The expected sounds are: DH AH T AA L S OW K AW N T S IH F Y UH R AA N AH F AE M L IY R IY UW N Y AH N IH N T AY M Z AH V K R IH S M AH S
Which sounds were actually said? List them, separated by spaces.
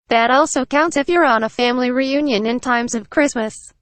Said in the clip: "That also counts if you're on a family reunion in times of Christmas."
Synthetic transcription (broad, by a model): DH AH T AA L S OW K AW N T S IH F Y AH R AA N AH F AE M L IY R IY UW N Y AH N IH N T AY M Z AH V K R IH S M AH S